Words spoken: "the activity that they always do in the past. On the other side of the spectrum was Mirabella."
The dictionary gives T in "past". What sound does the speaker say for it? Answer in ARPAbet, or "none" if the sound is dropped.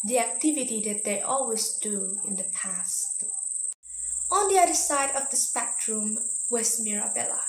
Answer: T